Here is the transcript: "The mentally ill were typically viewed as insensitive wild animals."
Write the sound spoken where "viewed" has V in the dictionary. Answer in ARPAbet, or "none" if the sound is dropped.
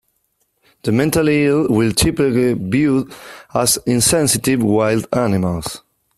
B